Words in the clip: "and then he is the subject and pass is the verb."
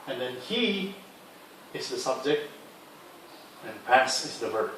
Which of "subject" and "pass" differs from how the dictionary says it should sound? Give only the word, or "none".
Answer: none